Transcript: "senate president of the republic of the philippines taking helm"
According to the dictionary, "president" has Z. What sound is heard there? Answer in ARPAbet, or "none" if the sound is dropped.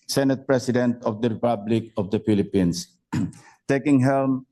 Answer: S